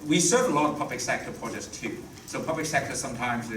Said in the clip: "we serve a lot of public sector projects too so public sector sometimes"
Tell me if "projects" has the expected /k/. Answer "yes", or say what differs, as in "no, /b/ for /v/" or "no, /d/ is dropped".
no, /k/ is dropped